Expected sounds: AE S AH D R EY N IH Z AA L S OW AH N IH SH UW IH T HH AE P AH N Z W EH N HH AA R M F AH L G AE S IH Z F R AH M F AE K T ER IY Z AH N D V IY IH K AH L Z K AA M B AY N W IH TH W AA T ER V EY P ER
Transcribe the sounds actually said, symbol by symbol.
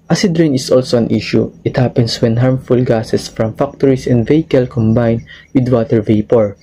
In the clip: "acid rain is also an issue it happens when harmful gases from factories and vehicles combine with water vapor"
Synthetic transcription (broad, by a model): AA S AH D R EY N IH S AA L S OW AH N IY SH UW IH T HH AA P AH N S W EH N HH AA R M F AH L G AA S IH S F R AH M F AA K T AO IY S AH N D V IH K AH L K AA M B AY N W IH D W AA T ER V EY P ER